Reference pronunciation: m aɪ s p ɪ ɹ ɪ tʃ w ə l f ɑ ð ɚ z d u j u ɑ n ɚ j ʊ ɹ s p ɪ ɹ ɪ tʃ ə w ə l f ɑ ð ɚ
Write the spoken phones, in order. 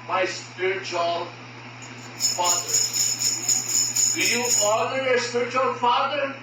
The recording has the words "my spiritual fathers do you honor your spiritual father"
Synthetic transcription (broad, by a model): m aɪ s p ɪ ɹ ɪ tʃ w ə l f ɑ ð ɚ d u j u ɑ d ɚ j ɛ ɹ s p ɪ ɹ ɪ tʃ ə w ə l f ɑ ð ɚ